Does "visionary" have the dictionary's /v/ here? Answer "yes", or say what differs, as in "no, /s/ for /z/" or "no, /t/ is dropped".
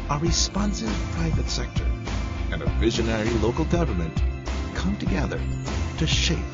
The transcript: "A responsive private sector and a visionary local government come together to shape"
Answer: yes